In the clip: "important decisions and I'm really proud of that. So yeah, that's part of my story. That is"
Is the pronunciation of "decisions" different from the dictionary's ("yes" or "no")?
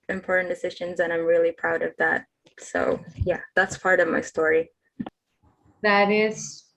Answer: no